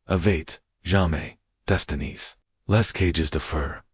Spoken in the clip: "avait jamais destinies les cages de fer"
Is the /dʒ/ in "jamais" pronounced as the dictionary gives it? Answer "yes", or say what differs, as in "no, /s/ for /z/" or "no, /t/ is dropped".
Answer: no, /ʒ/ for /dʒ/